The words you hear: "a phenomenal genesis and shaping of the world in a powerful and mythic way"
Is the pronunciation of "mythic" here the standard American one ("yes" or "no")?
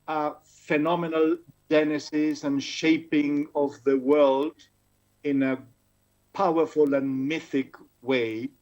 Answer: yes